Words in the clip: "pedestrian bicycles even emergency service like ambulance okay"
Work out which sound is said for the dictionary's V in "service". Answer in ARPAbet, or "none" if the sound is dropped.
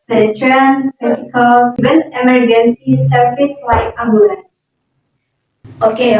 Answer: F